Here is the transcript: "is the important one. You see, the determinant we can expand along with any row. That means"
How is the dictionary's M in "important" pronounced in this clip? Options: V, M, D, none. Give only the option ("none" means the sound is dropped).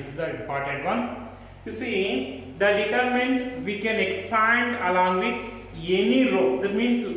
none